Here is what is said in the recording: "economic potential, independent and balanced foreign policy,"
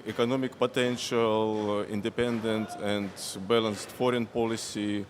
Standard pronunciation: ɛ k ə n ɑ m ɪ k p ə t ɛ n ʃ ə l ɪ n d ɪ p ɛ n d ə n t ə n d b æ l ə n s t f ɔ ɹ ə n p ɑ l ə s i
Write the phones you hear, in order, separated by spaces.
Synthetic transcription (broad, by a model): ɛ k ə n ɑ m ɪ k p ə t ɛ n ʃ ə l ɪ n d ɪ p ɛ n d ə n t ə n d b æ l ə n s t f ɔ ɹ ə n p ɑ l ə s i